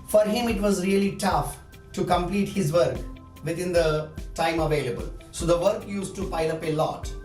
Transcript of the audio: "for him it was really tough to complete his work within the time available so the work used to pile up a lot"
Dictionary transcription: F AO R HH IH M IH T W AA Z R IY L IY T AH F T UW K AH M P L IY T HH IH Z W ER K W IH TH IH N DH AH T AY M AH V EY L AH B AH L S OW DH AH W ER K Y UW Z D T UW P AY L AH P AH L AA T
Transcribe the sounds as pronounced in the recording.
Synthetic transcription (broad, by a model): F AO R HH IH M IH T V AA Z R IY L IY T AH F T UW K AH M P L IY T HH IH Z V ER K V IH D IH N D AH T AY M AH V EY L AH B AH L S OW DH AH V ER K Y UW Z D T UW P AY L AH P AH L AA T